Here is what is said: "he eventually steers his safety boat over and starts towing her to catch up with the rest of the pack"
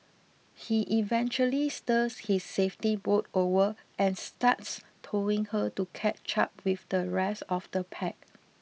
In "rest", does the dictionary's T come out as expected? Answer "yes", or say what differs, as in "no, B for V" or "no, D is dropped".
no, T is dropped